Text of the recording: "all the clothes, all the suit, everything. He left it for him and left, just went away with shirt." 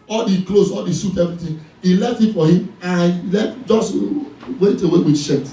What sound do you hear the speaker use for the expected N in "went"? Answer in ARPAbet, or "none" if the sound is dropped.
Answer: none